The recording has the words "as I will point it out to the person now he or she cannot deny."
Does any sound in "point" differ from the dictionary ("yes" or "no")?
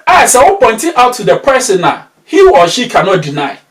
no